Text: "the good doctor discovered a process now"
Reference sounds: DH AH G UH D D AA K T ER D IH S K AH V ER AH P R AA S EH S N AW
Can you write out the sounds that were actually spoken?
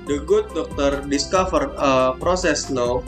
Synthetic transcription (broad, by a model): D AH G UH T D AA K T ER D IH S K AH F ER AH P R AA S EH S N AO